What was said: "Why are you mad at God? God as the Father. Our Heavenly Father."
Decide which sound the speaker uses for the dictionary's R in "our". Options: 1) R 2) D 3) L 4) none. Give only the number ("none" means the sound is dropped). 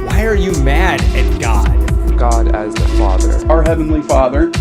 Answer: 1